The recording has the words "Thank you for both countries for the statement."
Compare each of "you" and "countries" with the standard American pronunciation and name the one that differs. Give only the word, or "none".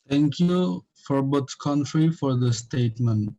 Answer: countries